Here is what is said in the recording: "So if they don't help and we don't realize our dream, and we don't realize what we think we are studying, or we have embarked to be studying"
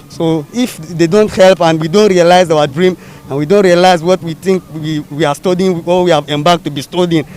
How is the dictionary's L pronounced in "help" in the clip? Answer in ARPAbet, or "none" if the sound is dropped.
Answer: L